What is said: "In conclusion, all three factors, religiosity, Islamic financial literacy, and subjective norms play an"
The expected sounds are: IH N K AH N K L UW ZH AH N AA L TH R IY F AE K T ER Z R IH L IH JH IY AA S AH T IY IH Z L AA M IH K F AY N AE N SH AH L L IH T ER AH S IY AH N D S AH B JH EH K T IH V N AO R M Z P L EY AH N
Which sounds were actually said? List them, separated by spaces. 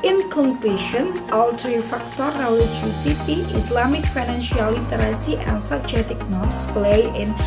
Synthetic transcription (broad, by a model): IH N K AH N K L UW SH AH N AA L T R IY F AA K T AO R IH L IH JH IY S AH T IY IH S L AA M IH K F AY N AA N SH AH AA L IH T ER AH S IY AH N S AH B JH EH T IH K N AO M S P L EY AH N